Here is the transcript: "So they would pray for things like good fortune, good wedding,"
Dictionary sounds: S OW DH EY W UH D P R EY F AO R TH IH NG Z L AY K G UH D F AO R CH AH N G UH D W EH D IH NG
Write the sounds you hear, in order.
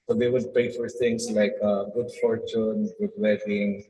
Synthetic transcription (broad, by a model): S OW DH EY W UH D P EY F AO R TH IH NG S L AY K G UH D F AO R CH AH N G UH D W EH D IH NG